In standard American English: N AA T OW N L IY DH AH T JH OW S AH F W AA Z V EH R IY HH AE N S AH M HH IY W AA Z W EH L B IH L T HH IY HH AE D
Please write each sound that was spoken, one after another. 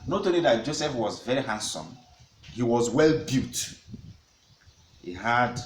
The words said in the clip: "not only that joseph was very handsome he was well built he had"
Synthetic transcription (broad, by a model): N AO T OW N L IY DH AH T JH OW S AH F W AA Z V EH R IY HH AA N S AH M HH IY W AA Z W EH L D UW T HH IY HH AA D